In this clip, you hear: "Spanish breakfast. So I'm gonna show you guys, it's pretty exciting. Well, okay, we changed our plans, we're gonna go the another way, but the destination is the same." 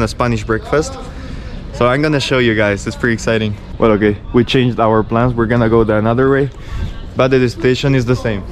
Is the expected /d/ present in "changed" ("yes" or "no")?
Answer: yes